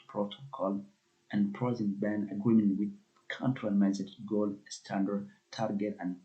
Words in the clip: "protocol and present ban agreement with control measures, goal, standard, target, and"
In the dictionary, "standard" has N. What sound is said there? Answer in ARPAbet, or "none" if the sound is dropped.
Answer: N